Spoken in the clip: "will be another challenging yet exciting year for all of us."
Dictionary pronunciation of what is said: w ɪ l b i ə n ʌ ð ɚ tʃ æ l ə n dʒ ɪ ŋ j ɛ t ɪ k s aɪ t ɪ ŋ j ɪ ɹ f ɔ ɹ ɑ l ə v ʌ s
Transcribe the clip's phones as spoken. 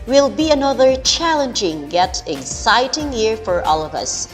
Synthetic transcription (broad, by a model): w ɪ l b i ə n ʌ ð ɚ tʃ æ l ə n dʒ ɪ ŋ j ɛ t ɪ k s aɪ t ɪ ŋ j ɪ ɹ f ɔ ɹ ɑ l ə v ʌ s